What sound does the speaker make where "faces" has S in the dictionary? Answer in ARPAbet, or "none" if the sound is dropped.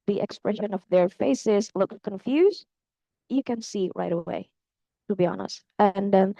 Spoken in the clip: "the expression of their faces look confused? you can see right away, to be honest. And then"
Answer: S